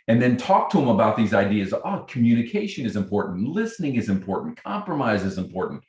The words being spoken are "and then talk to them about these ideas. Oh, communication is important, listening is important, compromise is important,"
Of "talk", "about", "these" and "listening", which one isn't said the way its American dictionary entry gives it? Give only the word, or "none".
none